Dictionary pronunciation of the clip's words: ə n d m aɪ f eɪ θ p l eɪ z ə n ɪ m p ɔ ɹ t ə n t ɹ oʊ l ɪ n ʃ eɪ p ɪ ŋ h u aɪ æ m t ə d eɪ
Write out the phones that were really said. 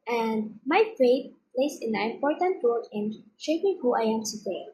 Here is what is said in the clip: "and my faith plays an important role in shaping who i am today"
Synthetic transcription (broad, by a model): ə n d m aɪ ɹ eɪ t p l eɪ s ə n ɪ m p ɔ ɹ t ə n t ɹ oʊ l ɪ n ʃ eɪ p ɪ ŋ h u aɪ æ m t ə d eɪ